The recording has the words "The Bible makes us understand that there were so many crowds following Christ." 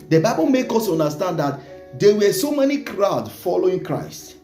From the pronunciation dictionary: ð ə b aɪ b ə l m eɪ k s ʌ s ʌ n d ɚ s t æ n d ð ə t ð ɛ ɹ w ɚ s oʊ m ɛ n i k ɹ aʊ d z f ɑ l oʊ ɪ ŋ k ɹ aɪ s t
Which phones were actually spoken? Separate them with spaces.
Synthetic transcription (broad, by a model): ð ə b aɪ b ə l m eɪ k ɔ s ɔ n d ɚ s t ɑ n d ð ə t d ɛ w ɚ s oʊ m ɛ n i k ɹ aʊ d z f ɑ l oʊ ɪ ŋ k ɹ aɪ s t